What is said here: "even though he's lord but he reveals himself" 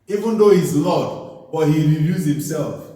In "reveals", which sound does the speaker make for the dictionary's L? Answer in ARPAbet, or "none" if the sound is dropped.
none